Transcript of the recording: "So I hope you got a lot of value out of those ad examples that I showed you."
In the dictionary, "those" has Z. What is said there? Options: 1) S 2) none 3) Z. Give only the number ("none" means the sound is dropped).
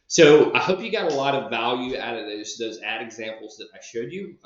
3